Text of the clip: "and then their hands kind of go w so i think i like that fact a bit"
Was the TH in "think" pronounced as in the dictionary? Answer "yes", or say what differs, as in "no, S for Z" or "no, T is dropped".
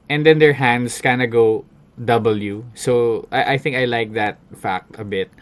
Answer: yes